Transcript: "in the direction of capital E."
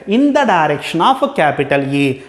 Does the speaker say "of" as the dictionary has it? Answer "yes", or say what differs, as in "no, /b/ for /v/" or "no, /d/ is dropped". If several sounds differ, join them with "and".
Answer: no, /p/ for /v/